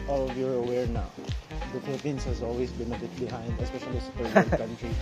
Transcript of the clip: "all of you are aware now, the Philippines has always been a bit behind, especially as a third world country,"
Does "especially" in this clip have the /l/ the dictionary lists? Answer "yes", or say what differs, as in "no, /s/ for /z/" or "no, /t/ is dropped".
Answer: no, /l/ is dropped